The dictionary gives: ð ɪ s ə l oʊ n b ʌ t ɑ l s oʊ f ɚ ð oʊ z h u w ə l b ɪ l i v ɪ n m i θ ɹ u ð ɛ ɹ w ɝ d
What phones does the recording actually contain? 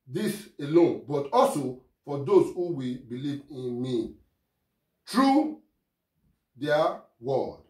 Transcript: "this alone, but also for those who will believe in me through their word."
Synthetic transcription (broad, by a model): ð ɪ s ə l oʊ n b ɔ t ɑ l s oʊ f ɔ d oʊ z h u w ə b ɪ l i v ɪ n m i t ɹ u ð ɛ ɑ w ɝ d